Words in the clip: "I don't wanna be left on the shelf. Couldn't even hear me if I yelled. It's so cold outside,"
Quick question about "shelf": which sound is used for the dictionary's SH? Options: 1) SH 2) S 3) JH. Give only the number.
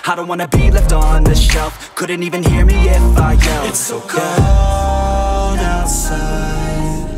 1